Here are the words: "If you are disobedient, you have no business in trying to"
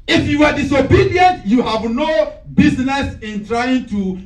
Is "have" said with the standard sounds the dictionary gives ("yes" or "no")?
yes